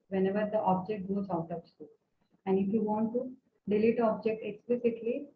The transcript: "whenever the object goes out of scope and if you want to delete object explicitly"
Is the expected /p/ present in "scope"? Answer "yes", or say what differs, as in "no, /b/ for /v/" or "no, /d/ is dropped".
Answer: no, /p/ is dropped